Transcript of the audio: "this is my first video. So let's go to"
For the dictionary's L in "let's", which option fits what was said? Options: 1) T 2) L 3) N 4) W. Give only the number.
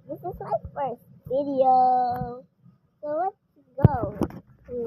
4